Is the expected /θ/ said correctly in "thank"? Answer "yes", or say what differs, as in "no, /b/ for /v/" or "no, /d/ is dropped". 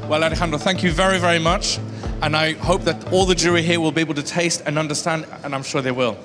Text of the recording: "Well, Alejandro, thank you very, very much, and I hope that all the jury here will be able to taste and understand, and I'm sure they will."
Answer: yes